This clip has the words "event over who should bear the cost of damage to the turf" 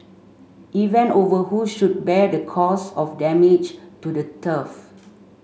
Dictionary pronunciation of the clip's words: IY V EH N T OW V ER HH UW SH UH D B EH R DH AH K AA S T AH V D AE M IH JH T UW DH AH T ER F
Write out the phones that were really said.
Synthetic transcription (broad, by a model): IY V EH N OW V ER HH UW SH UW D B EH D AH K AA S AH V D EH M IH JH T UW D AH T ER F